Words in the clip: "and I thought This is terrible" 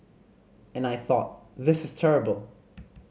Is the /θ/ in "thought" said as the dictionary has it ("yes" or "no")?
yes